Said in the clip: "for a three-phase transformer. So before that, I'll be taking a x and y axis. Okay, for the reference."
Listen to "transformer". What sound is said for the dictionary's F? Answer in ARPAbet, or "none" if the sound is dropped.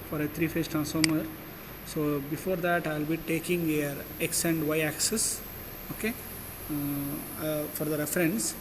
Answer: none